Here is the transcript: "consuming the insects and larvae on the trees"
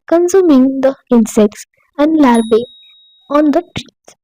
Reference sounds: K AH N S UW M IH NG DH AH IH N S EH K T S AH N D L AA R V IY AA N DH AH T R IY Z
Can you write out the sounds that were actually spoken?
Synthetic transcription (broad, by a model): K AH N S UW M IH NG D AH IH N S EH K T S AH N D L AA R B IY AA N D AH T R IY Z